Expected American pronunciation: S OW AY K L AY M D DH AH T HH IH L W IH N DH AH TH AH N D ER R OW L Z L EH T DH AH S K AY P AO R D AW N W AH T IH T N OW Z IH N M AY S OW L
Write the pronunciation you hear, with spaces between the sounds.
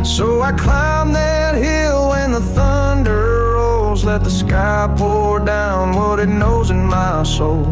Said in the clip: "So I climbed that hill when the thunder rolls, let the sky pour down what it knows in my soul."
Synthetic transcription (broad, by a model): S OW AY K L AY M DH AH T HH IH L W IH N DH AH TH AH N D ER R OW L Z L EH T DH AH S K AY P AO L D AW N W AH T IH T N OW Z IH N M AY S OW L